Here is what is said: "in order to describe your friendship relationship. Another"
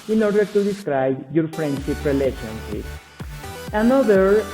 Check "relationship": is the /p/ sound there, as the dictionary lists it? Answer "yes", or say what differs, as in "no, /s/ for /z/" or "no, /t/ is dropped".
no, /p/ is dropped